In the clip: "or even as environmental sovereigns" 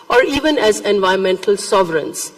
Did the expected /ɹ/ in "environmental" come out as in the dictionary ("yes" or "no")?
no